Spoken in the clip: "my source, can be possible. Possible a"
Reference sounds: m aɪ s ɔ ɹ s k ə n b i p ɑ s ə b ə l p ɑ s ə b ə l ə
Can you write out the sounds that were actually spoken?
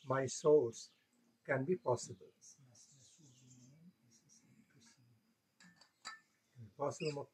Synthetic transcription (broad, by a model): m aɪ s ɔ l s k ə n b i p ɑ s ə b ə l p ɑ s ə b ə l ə